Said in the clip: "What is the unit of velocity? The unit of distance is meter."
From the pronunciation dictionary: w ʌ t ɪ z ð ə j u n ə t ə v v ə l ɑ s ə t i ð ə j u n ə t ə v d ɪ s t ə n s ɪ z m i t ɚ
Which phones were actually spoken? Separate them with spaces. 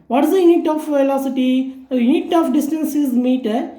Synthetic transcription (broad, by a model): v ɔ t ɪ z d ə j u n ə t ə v v ə l ɑ s ə t i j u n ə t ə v d ɪ s t ə n s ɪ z m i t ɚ